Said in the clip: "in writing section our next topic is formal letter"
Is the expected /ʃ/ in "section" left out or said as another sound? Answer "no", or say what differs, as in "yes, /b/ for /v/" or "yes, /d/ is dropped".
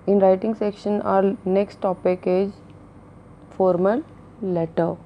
no